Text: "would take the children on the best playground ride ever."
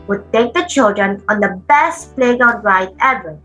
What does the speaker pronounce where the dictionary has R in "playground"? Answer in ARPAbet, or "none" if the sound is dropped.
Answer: none